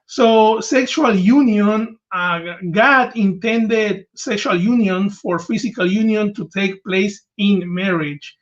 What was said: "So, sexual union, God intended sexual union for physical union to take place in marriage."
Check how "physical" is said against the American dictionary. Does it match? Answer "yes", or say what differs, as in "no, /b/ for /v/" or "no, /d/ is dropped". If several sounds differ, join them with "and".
no, /s/ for /z/